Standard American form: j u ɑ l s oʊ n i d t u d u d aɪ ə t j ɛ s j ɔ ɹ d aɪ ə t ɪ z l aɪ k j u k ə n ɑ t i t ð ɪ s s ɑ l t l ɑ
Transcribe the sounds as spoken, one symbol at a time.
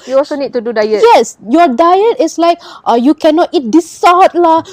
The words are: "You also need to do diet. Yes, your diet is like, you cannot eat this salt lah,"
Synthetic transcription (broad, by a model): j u ɑ l s oʊ n i d t u d u d aɪ ə t j ɛ s j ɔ d aɪ ə t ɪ s l aɪ k j u k ə n ɑ t i t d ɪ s s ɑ t l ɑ